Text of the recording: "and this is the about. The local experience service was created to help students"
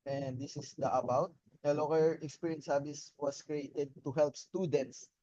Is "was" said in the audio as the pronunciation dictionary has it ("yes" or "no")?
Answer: no